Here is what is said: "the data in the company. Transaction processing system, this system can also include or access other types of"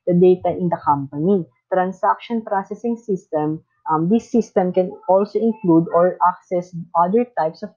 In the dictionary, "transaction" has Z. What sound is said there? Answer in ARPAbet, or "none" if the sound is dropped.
S